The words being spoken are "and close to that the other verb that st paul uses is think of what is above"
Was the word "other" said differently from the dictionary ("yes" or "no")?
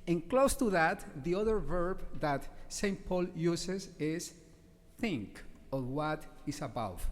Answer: no